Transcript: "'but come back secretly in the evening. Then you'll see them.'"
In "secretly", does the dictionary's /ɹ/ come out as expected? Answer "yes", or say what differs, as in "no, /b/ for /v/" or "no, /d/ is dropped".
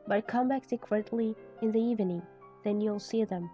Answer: no, /w/ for /ɹ/